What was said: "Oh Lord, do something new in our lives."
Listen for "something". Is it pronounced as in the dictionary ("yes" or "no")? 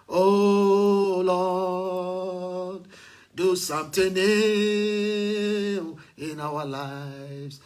no